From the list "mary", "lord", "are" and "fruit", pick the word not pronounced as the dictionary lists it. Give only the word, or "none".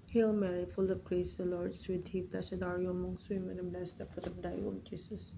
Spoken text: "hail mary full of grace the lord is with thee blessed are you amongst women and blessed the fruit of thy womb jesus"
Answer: fruit